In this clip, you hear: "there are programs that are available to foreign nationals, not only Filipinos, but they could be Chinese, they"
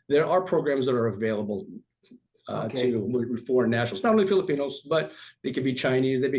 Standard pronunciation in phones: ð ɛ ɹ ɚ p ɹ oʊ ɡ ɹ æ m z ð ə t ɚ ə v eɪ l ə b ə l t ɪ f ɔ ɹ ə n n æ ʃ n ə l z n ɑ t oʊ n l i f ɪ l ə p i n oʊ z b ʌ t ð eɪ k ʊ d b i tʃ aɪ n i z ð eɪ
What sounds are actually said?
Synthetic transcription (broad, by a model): ð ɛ ɹ ɚ p ɹ oʊ ɡ ɹ æ m z ð ə t ɚ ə v eɪ l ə b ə l t ɪ f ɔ ɹ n n æ ʃ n l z n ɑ t oʊ n l i f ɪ l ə p i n oʊ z b ʌ t ð eɪ k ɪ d b i tʃ aɪ n i z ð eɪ